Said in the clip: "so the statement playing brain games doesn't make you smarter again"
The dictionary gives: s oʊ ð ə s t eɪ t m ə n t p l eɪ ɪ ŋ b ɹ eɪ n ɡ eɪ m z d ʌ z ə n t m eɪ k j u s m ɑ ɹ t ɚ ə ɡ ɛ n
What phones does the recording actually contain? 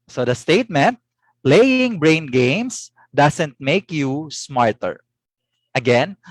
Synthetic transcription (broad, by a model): s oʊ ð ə s t eɪ t m ə n t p l eɪ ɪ ŋ b ɹ eɪ n ɡ eɪ m s d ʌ s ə n t m eɪ k j u s m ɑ ɹ t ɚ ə ɡ ɛ n